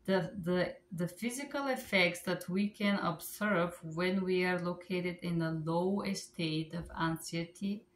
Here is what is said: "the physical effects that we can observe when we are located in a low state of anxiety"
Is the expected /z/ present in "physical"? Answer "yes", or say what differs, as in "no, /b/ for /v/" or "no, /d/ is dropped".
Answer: yes